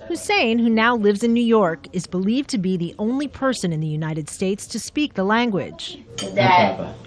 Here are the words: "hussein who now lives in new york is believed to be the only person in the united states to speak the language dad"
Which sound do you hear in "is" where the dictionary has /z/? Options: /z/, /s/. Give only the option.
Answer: /z/